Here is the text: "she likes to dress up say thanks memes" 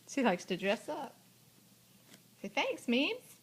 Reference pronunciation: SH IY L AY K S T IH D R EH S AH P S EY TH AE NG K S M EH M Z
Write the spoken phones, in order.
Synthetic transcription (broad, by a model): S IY L AY K S T IH D R EH S AH P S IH TH AE NG K S M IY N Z